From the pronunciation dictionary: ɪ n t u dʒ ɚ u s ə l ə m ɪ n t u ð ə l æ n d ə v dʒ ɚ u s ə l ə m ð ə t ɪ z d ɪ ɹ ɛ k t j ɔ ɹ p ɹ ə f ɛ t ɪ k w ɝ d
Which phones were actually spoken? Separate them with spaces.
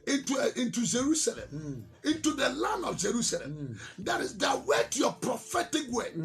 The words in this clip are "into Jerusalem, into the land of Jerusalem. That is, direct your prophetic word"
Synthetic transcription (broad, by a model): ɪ n t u dʒ ɚ u s ə l ə m ɪ n t u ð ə l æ n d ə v dʒ ɚ u s ə l ə m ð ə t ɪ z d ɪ w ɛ t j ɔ p ɹ ə f ɛ t ɪ k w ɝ